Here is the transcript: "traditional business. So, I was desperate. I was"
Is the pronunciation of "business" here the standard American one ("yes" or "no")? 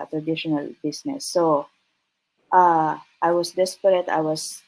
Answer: no